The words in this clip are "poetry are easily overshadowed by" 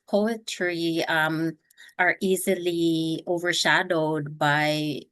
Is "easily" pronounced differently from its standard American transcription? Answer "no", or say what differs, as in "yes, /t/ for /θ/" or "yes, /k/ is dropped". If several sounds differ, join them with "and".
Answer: no